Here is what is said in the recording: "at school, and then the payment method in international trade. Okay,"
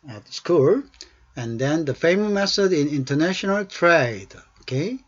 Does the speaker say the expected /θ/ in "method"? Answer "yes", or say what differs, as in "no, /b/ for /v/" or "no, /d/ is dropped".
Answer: no, /s/ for /θ/